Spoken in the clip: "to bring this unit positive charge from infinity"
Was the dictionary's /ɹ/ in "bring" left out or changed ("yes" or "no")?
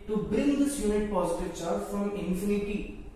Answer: yes